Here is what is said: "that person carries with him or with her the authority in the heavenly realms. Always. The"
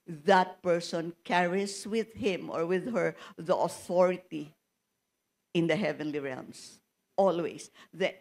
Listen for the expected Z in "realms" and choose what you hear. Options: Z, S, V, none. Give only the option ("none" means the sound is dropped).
S